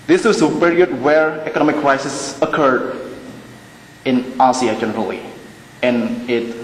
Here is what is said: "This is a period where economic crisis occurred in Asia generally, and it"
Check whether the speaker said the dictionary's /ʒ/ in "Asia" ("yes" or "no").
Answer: no